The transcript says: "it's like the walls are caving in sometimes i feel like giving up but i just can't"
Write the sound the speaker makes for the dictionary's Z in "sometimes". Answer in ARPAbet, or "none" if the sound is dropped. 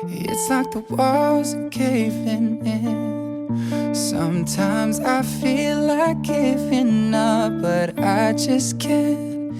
Z